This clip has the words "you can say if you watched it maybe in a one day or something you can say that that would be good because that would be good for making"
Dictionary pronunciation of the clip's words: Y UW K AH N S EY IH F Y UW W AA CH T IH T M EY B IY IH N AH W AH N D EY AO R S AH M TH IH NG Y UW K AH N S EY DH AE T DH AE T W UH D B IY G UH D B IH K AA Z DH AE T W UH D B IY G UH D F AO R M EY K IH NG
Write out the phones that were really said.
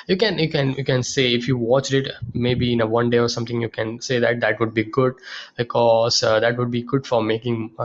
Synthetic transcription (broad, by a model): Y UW K AH N S EY IH F Y UW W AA CH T IH T M EY B IY IH N AH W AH N D EY AO R S AH M T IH NG Y UW K AH N S EY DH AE T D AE T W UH D B IY G UH D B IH K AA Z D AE T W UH D B IY G UH D F AO R M EY K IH NG